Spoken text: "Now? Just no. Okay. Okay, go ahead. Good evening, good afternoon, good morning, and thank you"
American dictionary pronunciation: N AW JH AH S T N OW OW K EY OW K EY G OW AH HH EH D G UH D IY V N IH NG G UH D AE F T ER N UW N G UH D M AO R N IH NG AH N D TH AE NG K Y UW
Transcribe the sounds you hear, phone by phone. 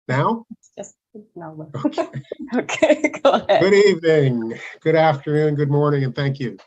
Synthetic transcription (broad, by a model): N AW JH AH S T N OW OW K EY OW K EY G OW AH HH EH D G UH D IY V N IH NG G UH D AE F T ER N UW N G UH D M AO R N IH NG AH N TH AE NG K Y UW